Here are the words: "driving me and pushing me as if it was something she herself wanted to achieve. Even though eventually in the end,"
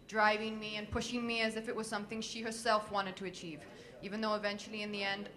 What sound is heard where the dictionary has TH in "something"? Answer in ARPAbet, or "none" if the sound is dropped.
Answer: TH